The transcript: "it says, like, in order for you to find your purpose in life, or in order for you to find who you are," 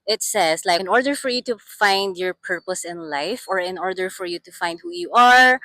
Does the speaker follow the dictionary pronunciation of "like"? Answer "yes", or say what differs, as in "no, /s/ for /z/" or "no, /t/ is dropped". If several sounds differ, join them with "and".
no, /k/ is dropped